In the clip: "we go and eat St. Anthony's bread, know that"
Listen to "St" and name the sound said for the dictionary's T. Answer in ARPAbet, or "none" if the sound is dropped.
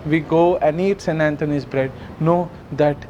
none